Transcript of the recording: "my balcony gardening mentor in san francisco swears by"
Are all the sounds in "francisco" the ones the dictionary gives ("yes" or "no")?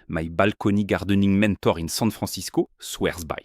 no